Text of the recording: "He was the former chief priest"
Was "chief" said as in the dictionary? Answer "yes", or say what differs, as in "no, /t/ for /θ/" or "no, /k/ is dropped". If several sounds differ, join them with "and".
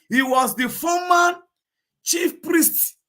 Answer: yes